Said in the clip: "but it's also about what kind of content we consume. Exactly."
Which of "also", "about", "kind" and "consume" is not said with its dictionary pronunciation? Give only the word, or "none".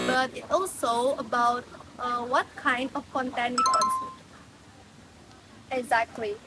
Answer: consume